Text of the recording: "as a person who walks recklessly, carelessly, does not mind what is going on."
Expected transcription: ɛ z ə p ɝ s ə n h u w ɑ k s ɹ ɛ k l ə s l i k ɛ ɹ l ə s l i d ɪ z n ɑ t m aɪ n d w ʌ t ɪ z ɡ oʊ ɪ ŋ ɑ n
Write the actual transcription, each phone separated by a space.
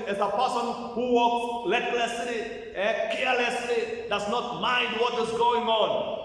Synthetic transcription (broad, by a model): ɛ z ə p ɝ s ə n h u w ɑ k s l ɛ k l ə s l i k ɛ ɹ l ə s l i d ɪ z n ɑ t m aɪ n d w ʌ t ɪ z ɡ oʊ ɪ ŋ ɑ n